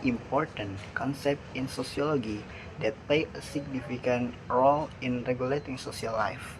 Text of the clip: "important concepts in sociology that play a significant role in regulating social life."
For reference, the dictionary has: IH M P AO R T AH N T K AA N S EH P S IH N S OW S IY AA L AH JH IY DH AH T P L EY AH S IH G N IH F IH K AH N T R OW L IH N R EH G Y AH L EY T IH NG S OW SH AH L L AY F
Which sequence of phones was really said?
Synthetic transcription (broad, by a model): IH M P AO R T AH N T K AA N S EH P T IH N S OW S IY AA L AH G IY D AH T P L EY AH S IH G N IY F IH K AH N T R OW L IH N R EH G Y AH L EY T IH NG S OW S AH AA L AY F